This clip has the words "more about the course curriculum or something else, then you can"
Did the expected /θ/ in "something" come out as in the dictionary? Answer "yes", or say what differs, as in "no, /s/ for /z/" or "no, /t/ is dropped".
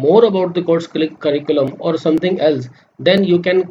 no, /t/ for /θ/